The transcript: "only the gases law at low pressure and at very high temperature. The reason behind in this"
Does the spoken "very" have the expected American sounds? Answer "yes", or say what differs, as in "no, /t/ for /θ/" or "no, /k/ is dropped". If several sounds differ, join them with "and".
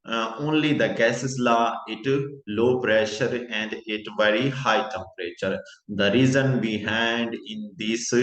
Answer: yes